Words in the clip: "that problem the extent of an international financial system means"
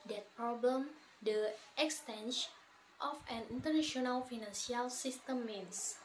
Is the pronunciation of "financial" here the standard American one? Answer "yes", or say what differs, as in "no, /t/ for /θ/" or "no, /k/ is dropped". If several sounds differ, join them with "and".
no, /s/ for /ʃ/